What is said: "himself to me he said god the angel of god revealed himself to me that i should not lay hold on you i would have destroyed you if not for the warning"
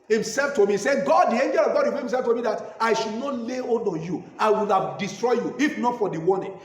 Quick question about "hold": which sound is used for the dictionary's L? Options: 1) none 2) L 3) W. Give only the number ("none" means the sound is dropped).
1